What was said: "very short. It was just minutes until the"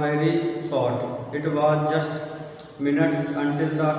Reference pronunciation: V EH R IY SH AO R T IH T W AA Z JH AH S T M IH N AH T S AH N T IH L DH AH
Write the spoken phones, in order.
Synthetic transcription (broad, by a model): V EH R IY S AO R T IH T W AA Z JH AH S T M IH N AH T S AH N T IH L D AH